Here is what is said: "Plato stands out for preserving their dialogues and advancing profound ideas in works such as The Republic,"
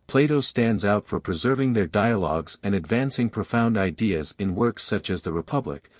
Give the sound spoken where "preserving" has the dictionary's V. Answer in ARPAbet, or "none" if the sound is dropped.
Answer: V